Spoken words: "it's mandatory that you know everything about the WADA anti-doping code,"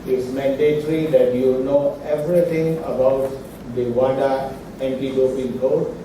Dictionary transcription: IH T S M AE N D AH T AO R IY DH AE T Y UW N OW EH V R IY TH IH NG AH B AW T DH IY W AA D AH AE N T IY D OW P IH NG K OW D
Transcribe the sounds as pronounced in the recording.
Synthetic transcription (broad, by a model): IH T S M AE N D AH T R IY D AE T Y UW N OW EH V R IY T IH NG AH B AW T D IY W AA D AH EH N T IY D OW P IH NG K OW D